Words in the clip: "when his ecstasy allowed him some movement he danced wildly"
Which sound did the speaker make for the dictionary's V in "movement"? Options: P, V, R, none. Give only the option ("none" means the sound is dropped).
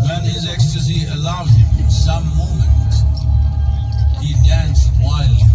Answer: none